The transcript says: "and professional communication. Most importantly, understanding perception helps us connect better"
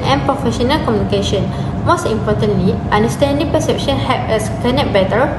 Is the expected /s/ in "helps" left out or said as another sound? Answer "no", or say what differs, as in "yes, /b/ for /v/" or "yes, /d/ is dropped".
yes, /s/ is dropped